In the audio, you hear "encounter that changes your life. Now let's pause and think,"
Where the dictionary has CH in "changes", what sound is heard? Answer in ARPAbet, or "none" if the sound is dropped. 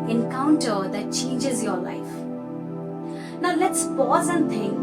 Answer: CH